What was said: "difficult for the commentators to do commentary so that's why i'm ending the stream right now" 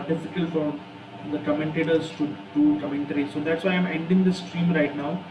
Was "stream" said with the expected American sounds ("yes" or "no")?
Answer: yes